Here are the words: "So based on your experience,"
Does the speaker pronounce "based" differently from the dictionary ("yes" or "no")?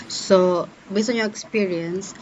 yes